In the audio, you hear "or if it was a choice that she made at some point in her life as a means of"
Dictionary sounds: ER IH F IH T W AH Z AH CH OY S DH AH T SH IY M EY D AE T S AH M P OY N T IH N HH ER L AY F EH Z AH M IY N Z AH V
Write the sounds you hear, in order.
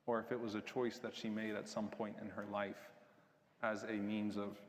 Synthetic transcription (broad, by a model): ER IH F IH T W AH Z AH CH OY S DH AH T SH IY M EY D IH T S AH M P OY N T IH N ER L AY F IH Z AH M IY N Z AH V